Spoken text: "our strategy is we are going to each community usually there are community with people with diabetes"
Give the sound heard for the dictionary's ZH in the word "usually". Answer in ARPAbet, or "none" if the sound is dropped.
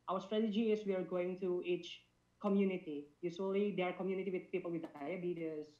S